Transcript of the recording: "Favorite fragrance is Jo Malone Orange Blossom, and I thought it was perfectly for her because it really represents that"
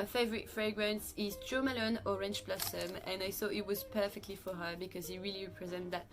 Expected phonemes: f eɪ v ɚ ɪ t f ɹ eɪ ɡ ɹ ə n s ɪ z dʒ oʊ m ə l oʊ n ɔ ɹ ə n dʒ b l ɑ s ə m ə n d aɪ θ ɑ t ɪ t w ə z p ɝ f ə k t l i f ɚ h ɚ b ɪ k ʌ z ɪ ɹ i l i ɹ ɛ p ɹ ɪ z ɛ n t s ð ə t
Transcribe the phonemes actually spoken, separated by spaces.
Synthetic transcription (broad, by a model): f eɪ v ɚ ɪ t f ɹ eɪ ɡ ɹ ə n s ɪ z dʒ oʊ m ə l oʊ n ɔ ɹ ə n tʃ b l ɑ s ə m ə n aɪ θ ɑ t ɪ t w ə z p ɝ f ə k t l i f ɚ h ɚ b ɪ k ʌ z ɪ ɹ i l i ɹ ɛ p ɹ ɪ z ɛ n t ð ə t